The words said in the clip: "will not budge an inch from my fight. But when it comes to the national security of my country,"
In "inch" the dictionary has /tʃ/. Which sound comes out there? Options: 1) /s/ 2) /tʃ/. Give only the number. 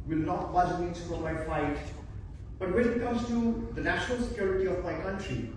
1